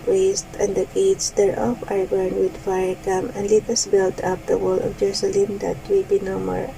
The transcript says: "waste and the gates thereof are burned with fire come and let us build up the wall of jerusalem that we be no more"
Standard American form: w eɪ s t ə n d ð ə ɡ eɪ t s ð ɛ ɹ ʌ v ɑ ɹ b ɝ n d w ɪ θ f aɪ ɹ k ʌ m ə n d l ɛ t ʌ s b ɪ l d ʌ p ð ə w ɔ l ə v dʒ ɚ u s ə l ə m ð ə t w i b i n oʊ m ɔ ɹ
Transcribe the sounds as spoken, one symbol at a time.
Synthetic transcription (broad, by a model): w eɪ s t ə n d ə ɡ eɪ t s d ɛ ɹ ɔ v ɑ ɹ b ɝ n w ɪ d f aɪ ɹ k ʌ m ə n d l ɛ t ʌ s b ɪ l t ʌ p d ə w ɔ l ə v dʒ ɚ u s ə l ə m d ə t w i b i n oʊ m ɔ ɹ